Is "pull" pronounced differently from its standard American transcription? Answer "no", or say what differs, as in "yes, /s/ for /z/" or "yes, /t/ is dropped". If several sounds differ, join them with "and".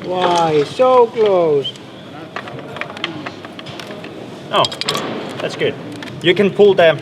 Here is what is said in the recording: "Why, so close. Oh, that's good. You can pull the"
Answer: no